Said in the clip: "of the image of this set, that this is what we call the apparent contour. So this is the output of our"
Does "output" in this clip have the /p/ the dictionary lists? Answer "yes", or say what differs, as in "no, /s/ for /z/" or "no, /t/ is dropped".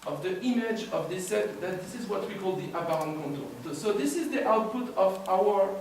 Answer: yes